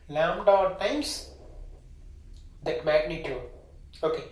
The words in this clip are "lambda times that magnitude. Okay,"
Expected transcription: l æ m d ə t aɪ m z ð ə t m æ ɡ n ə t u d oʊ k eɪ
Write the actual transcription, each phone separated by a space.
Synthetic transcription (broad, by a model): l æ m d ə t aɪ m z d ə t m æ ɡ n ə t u oʊ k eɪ